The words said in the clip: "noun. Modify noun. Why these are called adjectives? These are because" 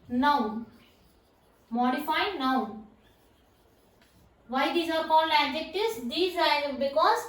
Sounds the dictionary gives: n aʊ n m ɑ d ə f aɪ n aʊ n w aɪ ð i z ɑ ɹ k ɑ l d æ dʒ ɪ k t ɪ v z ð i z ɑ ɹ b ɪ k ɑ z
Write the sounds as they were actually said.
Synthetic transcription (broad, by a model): n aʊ m ɑ d ə f aɪ n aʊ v aɪ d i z ɑ ɹ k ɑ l æ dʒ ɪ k t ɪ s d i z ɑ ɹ b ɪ k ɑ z